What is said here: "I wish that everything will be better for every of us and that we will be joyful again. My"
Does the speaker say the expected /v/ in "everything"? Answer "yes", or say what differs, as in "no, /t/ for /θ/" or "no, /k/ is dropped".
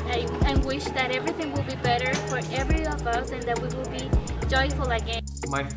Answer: yes